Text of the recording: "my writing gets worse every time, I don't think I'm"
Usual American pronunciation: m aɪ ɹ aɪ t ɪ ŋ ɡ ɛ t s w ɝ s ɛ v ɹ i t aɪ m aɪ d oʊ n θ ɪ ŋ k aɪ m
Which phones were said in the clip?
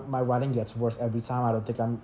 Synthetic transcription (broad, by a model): m aɪ w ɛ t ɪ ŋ ɡ ɛ t s w ɝ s ɛ v ɹ i t aɪ m aɪ d oʊ n θ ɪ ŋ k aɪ m